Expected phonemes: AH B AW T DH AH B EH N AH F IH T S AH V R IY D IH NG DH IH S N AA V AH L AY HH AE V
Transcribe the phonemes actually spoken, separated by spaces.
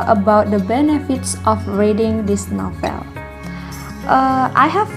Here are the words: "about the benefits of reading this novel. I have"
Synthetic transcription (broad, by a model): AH B AW T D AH B EH N AH F IH T S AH F R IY D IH NG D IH S N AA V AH L AY HH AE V